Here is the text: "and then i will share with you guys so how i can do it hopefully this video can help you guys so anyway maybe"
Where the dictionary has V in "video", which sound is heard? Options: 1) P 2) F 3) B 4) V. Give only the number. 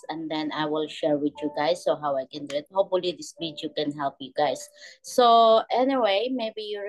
3